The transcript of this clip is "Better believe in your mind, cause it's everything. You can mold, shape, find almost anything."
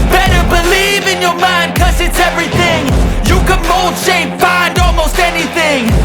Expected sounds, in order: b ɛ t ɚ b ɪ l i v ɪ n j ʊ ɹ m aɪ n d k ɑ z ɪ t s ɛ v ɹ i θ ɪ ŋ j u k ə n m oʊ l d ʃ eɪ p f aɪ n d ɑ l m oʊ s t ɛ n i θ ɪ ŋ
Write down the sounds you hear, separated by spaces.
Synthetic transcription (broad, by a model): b ɛ t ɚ b ɪ l i v ɪ n j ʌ ɹ m aɪ n d k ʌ z ɪ t s ɛ v ɹ i θ ɪ ŋ j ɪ k ə n m oʊ l d ʃ eɪ p f aɪ n d ɑ l m oʊ s t ɛ n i θ ɪ ŋ